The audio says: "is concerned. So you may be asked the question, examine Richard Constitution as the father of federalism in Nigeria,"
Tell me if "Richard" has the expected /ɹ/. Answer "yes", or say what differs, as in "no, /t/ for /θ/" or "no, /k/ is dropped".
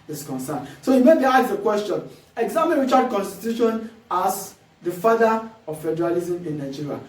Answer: no, /w/ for /ɹ/